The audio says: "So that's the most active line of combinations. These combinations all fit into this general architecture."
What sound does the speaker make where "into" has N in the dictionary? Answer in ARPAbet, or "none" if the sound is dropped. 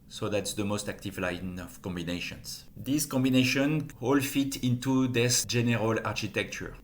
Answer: N